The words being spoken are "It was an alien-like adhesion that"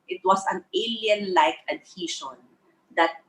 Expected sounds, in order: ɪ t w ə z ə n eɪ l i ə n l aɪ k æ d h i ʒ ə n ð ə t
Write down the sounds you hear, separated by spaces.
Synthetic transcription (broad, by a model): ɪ t w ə s ə n eɪ l i ə n l aɪ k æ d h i ʃ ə n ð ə t